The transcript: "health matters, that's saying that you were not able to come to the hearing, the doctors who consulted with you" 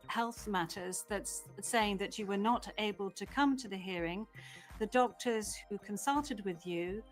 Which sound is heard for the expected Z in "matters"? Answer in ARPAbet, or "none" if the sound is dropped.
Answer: Z